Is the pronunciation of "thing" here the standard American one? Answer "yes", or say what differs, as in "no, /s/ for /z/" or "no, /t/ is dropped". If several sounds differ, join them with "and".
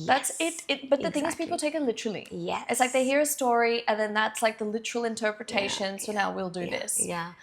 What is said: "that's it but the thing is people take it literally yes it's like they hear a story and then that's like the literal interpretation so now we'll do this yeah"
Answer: yes